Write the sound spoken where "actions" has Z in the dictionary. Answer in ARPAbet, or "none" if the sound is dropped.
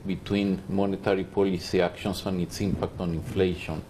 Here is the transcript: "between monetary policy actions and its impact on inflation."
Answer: S